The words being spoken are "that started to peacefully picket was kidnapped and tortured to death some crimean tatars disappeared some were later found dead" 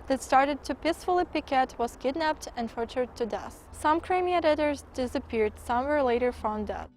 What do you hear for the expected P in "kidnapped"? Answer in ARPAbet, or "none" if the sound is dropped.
P